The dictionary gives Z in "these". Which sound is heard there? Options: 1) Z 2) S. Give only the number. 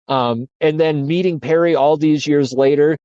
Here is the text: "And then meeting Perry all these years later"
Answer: 1